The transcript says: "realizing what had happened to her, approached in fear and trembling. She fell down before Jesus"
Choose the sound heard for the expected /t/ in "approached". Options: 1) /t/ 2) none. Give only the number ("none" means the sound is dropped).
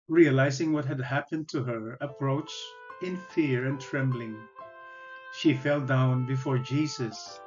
2